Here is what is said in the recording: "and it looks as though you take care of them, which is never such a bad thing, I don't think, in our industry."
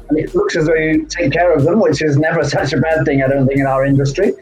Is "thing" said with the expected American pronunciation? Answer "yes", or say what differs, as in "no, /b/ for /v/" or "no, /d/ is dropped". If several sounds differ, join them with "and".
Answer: yes